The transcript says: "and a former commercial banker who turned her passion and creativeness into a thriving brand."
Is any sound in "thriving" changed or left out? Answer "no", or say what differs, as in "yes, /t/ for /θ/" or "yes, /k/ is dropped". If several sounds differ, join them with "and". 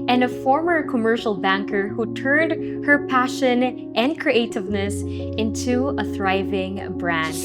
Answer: no